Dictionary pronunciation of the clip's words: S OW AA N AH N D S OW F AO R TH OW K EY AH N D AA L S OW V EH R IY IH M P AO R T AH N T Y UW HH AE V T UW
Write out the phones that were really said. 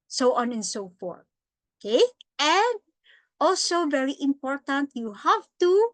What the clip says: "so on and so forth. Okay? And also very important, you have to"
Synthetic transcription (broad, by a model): S OW AA N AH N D S OW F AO R T OW K EY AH N D AA L S OW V EH R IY IH M P AO R T AH N T Y UW HH AE V T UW